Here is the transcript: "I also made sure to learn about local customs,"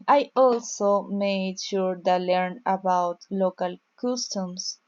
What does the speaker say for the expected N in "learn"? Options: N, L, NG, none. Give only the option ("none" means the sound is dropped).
N